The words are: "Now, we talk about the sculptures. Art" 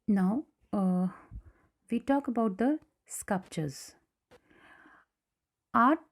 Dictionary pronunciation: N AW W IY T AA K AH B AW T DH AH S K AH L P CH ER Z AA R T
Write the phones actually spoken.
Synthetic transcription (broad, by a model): N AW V IY T AA K AH B AW T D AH S K AH L P CH ER Z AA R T